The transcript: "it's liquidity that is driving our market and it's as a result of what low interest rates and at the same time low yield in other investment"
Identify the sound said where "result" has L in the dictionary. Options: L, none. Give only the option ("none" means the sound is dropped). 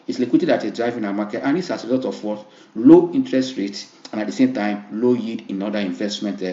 none